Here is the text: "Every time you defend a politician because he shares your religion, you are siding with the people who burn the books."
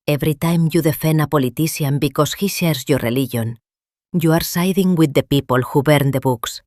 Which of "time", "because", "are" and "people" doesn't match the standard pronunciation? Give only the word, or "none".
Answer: because